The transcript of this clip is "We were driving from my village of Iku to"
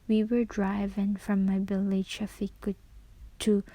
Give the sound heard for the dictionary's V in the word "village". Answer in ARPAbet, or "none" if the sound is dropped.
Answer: B